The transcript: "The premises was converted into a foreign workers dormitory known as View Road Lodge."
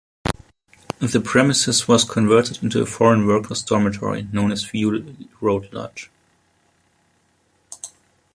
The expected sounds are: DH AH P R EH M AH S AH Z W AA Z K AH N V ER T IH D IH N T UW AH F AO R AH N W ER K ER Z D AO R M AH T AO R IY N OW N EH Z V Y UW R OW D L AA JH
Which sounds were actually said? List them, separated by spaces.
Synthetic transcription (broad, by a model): DH AH P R EH M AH S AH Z W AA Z K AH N V ER T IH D IH N T UW AH F AO R AH N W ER K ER S D AO R M AH T AO R IY N OW N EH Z F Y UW R OW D L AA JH